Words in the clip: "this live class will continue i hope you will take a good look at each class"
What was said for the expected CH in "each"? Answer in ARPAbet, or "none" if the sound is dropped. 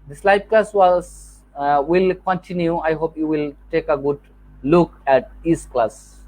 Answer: S